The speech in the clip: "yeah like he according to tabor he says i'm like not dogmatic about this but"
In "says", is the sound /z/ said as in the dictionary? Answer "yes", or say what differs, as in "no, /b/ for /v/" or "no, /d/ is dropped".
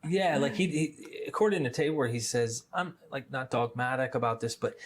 yes